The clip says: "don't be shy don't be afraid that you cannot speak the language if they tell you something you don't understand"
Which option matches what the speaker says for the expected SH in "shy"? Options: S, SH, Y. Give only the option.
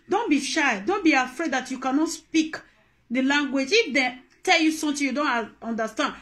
SH